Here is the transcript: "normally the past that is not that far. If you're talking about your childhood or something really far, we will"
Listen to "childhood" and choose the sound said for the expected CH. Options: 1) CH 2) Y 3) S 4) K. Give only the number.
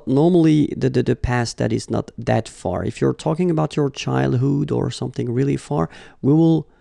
1